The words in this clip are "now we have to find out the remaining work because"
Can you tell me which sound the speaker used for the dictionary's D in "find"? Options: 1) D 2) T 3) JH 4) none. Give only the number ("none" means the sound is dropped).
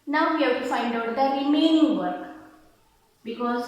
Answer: 1